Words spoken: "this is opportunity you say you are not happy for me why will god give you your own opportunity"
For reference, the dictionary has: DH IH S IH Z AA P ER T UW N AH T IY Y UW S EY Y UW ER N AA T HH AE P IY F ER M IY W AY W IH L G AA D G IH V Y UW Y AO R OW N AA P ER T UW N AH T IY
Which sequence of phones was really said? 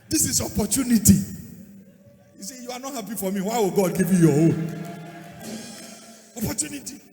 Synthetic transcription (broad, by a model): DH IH S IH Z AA P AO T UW N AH T IY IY S EY Y UW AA N AA T HH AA P IY F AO M IY W AY W IH L G AA D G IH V Y UW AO W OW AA P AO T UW N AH T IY